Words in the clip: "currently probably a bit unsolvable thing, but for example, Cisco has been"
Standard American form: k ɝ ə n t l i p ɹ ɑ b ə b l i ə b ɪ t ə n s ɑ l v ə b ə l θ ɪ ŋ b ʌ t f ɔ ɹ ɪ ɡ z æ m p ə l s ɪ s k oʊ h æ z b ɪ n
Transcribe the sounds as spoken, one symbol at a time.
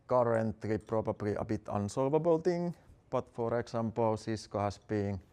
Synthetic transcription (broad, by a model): k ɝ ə n t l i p ɹ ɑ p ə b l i ə b ɪ t ə n s ɑ l v ə b ə l t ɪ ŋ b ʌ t f ɔ ɹ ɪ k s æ m p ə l s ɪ s k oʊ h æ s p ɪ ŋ